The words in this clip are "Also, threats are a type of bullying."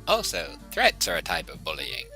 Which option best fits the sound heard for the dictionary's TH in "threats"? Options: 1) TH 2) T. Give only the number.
1